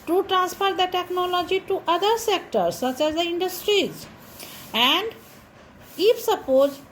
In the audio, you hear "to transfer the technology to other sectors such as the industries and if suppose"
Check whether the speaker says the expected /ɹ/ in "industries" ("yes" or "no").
yes